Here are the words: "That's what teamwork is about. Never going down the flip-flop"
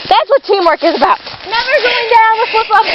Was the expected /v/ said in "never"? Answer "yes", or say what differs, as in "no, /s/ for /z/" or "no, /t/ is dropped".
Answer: yes